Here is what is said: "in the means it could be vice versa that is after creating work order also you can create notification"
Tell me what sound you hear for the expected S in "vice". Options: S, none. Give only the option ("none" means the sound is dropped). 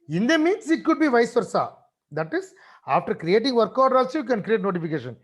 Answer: S